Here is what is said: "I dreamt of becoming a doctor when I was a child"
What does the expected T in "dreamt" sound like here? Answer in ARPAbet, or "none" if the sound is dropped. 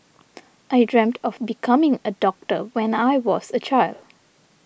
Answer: T